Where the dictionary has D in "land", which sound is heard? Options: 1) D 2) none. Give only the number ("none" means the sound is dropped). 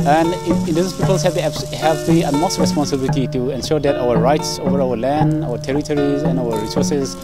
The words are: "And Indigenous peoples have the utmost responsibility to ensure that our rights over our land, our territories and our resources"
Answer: 1